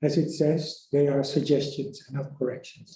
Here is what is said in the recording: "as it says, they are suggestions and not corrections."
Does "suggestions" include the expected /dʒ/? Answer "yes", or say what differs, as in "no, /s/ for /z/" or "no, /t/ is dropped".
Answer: yes